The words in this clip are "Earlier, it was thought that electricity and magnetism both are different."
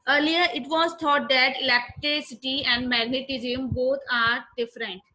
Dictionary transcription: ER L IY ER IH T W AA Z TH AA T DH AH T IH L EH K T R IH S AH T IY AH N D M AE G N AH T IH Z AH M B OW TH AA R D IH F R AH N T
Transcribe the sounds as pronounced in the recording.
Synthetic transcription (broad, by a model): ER L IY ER IH T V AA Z T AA T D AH T IH L EH K T R IH S AH T IY AH N D M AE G N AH T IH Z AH M B OW T AA R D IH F R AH N T